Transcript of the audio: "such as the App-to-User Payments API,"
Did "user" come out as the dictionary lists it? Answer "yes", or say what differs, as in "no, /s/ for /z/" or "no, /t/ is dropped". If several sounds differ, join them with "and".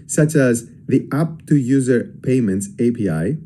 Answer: yes